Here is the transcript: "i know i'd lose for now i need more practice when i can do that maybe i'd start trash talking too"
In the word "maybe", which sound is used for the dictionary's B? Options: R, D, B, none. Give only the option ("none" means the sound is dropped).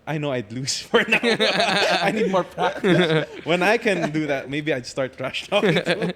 B